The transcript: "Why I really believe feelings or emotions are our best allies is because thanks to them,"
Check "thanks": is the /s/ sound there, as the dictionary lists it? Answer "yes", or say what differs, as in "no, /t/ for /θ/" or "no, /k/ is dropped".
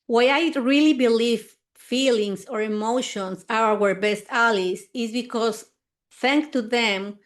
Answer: no, /s/ is dropped